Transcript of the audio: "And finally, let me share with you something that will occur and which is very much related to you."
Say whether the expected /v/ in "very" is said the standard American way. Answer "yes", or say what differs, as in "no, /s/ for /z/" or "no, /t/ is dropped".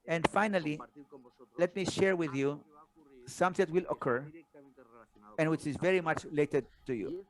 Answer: yes